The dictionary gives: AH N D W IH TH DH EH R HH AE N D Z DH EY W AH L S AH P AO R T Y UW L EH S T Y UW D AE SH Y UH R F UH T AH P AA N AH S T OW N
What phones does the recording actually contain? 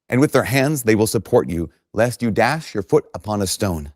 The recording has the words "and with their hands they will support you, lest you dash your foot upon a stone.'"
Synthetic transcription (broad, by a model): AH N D W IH DH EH R HH AE N D Z DH EY W AH L S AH P AO R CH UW L EH S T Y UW D AE SH Y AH R F UH T AH P AA N AH S T OW N